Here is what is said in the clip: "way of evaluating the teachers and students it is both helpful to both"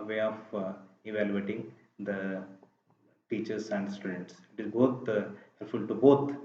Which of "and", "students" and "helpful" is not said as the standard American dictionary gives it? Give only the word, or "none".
helpful